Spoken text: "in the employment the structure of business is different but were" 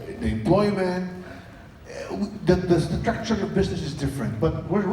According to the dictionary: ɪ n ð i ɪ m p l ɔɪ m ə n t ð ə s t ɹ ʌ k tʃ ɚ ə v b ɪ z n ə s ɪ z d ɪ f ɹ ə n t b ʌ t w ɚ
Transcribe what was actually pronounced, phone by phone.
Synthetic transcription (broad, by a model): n ð i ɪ m p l ɔɪ m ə n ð ð ə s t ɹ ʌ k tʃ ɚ ə v b ɪ z n ə s ɪ z d ɪ f ɹ ə n t b ʌ t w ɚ